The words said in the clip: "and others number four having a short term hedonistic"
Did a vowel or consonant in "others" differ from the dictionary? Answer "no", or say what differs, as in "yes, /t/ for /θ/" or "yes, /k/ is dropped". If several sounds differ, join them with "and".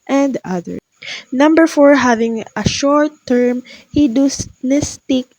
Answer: yes, /z/ is dropped